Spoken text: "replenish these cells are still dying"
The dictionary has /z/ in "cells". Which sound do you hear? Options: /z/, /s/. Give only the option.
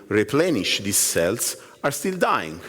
/s/